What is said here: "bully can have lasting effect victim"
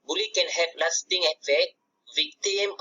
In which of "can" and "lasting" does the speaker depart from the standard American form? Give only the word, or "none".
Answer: lasting